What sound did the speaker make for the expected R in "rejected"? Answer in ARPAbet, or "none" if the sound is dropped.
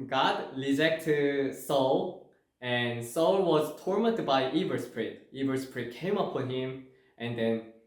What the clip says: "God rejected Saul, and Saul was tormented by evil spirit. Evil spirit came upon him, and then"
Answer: L